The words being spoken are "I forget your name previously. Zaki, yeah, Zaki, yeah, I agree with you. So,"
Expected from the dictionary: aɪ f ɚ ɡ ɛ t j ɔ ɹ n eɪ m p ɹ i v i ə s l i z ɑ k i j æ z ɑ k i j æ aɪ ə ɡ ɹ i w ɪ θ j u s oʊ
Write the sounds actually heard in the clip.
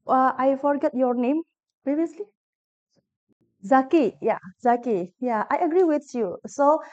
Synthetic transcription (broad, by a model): aɪ f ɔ ɡ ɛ t j ɔ ɹ n eɪ m p ɹ i v i ə s l i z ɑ k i j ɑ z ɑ k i j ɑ aɪ ə ɡ ɹ i w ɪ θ j u s oʊ